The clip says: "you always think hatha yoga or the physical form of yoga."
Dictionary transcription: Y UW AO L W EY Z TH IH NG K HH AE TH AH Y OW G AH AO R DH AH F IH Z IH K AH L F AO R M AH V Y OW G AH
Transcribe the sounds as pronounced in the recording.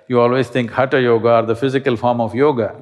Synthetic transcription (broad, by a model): Y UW AO L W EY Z T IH NG K HH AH T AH Y OW G AH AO R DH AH F IH Z IH K AH L F AO R M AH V Y OW G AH